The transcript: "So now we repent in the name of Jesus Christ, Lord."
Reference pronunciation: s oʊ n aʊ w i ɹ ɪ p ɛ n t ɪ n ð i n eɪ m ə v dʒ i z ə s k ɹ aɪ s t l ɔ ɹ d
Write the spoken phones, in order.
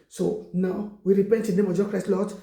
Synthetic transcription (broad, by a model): s oʊ n aʊ w i ɹ ɪ p ɛ n t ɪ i n eɪ m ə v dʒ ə k ɹ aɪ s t l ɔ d